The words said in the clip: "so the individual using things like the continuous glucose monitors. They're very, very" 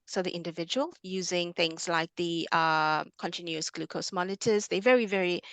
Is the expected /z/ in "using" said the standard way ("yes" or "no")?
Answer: yes